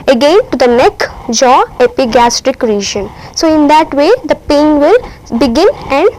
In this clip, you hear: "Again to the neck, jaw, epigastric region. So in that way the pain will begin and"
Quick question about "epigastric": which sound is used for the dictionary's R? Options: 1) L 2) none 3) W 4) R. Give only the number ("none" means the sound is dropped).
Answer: 4